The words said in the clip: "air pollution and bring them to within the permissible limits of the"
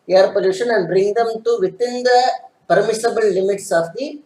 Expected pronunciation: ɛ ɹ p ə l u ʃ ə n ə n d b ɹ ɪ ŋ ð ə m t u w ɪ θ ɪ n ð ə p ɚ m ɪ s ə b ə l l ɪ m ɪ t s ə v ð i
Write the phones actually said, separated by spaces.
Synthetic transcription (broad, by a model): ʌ ɹ p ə l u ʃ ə n ə n d b ɹ ɪ ŋ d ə m t u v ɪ t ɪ n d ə p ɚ m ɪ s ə b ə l l ɪ m ɪ t s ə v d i